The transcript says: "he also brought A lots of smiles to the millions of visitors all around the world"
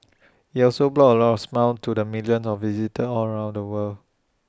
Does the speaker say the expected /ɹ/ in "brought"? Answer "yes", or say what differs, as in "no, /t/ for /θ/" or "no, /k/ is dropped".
no, /l/ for /ɹ/